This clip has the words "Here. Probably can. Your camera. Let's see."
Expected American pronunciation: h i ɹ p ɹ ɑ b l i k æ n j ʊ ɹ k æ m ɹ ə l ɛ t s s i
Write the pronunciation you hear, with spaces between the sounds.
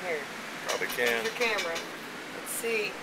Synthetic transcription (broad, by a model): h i ɹ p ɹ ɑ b i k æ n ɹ k æ m ɹ ə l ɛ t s s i